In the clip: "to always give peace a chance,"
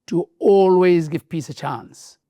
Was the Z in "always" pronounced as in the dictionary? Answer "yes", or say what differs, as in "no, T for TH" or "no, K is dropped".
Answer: yes